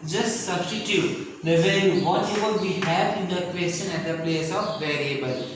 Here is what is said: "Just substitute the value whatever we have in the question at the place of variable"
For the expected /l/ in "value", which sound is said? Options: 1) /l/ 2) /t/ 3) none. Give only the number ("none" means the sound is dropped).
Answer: 3